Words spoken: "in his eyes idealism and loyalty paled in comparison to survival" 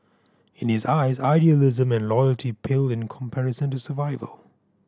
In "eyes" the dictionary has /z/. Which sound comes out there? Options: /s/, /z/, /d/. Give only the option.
/z/